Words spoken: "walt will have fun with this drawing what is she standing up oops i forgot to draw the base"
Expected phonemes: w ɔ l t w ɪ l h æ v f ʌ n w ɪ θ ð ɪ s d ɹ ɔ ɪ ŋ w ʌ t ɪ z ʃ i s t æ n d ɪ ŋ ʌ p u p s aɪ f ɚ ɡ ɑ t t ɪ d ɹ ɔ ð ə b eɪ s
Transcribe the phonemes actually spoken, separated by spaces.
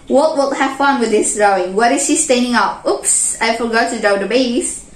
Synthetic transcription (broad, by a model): w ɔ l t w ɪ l h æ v f ʌ n w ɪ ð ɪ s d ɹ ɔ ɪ ŋ w ʌ t ɪ z ʃ i s t æ n d ɪ ŋ ʌ p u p s aɪ f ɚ ɡ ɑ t t ɪ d ɔ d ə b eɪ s